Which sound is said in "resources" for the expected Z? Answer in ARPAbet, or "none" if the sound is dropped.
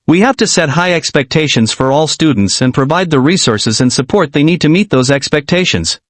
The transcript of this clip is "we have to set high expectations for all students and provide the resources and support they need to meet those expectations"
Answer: Z